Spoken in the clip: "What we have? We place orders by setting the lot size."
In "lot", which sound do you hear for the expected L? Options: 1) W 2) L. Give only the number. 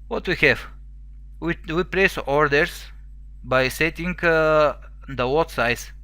1